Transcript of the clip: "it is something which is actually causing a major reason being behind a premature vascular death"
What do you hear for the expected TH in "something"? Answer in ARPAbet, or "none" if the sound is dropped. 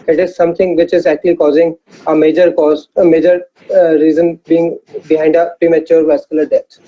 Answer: T